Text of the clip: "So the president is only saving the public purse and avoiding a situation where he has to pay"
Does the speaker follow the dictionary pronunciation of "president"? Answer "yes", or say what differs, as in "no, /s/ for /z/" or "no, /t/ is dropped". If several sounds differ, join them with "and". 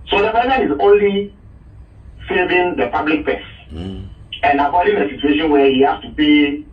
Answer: no, /t/ is dropped